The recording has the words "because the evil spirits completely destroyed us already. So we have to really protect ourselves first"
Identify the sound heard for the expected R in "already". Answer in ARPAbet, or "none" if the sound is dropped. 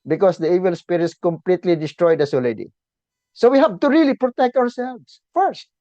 L